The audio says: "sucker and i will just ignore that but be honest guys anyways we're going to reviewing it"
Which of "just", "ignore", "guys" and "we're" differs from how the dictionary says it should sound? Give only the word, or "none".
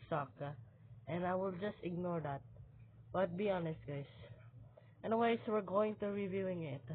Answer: guys